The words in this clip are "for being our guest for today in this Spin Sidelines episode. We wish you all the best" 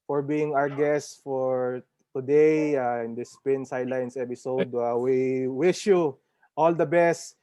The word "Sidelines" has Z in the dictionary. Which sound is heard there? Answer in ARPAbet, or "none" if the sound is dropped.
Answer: S